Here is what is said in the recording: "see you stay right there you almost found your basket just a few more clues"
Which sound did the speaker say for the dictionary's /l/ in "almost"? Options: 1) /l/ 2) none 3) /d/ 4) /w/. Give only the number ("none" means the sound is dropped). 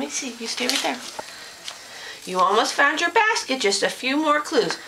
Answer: 1